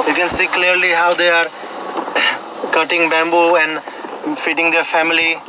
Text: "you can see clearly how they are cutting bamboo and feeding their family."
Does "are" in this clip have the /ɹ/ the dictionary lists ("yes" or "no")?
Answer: yes